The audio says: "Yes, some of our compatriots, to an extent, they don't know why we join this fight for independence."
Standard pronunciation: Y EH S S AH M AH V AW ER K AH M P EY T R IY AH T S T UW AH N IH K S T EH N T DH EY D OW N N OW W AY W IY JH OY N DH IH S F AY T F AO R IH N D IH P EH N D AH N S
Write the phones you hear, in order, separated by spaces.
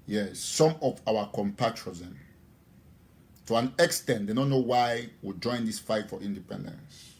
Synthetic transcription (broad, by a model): Y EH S S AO M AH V AW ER K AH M P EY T R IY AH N T UW AH N IH K S T EH N T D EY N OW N N OW W AY W IY JH OY N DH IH S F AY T F AO R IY N D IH P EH N D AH N S